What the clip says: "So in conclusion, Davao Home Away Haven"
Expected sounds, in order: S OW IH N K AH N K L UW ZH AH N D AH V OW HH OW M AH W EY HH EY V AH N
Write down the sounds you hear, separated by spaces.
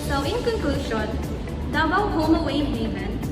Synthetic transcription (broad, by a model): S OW IH N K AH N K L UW SH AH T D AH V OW HH OW M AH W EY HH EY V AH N